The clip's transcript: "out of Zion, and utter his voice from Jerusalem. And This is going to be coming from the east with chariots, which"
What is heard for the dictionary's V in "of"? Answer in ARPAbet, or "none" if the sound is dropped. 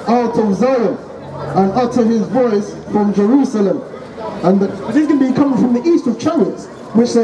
V